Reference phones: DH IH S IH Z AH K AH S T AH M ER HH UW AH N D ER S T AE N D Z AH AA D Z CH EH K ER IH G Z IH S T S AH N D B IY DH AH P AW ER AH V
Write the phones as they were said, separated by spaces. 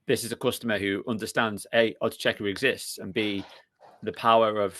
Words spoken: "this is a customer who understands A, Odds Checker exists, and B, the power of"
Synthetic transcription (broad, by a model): DH IH S IH Z AH K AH S T AH M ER HH UW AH N D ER S T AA N D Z AH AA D CH EH K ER IH G Z IH S T S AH N B IY DH AH P AW ER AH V